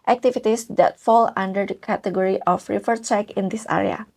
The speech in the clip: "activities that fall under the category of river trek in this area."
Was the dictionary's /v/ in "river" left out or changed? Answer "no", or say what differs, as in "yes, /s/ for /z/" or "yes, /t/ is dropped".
yes, /f/ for /v/